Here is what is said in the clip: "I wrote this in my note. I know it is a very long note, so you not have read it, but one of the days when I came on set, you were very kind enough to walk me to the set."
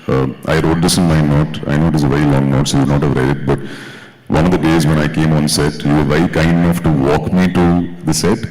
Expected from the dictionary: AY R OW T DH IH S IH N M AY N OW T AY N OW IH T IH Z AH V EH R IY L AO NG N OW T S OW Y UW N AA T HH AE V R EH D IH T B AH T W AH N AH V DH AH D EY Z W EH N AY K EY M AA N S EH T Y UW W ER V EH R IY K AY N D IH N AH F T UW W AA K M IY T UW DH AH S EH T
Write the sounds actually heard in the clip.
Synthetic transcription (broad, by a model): AY R OW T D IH S IH N M AY N OW T AY N OW IH T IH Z AH V EH R IY L AO NG N OW T S OW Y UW N AA T HH AE V R EH D IH T B AH T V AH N AH V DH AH D EY Z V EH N AY K EY M AA N S EH T Y UW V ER V EH R IY K AY N D IH N AH F T UW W AA K M IY T UW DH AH S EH T